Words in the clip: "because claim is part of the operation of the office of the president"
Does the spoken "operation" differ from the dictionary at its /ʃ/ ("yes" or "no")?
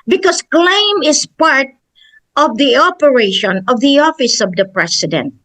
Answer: no